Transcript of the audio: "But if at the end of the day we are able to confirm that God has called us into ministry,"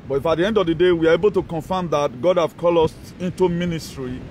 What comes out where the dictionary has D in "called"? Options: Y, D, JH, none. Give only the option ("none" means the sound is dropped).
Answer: none